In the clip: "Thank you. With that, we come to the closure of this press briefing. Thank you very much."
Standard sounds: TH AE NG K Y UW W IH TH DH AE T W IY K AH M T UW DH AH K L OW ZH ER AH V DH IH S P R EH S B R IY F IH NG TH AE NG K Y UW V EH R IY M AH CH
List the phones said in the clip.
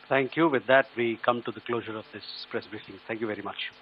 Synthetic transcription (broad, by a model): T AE NG K Y UW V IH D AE T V IY K AH M T UW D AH K L OW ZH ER AH V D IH S P R EH S B R IY F IH NG T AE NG K Y UW V EH R IY M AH CH